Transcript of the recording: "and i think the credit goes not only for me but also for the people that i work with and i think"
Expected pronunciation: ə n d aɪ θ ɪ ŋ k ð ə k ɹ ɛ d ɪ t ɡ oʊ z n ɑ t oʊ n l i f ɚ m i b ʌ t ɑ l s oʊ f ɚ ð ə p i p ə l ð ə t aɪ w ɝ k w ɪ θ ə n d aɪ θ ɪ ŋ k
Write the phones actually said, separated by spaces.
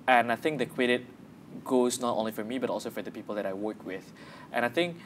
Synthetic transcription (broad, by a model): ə n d aɪ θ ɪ ŋ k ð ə k w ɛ d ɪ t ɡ oʊ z n ɑ t oʊ n l i f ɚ m i b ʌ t ɑ l s oʊ f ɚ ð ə p i p ə l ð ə t aɪ w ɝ k w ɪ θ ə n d aɪ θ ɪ ŋ k